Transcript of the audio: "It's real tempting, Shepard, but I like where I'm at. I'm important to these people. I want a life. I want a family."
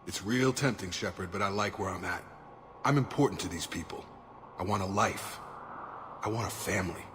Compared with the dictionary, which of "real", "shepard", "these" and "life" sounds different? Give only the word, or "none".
none